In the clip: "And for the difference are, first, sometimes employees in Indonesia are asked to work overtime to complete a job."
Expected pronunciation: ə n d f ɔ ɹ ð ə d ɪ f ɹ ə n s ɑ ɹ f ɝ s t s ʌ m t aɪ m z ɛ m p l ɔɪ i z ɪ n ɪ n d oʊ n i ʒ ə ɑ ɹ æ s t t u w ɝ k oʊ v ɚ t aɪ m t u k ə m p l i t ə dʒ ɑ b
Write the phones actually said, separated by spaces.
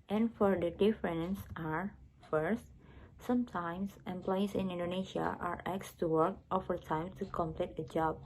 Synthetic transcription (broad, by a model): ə n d f ɔ ɹ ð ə d ɪ f ɹ ə n s ɑ ɹ f ɝ s t s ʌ m t aɪ m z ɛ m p l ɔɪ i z ɪ n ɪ n d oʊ n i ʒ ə ɑ ɹ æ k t t u w ɝ k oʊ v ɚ t aɪ m t u k ə m p l i t ə dʒ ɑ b